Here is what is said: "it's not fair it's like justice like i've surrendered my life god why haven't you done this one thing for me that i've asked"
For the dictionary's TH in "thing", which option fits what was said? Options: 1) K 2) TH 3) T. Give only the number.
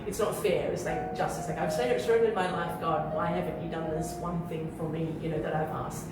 2